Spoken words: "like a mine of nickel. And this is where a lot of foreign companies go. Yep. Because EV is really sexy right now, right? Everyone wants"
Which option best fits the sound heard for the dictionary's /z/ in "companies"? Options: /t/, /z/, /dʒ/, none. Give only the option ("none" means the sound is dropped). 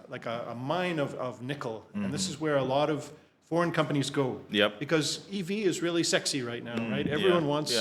/z/